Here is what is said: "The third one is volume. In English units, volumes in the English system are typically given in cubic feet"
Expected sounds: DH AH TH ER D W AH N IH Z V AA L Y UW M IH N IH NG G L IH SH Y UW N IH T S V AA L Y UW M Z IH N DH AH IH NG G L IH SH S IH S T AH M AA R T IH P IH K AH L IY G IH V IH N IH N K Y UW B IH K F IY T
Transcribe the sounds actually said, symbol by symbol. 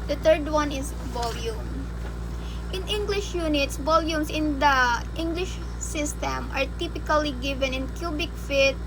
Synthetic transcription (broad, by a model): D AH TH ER D W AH N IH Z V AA L Y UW M IH N IH NG G L IH SH Y UW N IH T S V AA L Y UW M S IH N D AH IH NG G L IH SH S IH S T AH M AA R T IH P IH K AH L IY G IH V IH N IH N K Y UW B IH K F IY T